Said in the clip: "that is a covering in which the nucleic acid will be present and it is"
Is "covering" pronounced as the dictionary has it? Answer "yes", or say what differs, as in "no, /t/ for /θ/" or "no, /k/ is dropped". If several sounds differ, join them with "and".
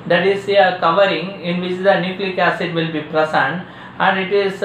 yes